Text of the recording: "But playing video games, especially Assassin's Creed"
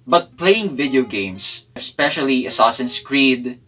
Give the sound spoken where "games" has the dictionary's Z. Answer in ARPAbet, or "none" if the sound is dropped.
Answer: S